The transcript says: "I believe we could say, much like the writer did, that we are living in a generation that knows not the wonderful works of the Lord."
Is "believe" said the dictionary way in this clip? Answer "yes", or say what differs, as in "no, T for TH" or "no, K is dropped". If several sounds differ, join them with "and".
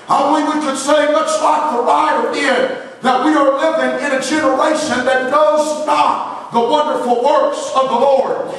no, W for L